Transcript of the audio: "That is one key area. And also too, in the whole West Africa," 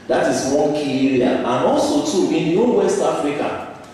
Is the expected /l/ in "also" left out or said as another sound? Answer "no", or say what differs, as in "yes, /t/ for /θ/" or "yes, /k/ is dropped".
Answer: no